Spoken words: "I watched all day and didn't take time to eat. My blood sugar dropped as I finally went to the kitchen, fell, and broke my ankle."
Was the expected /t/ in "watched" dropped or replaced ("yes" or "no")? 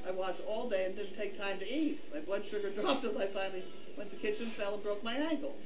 yes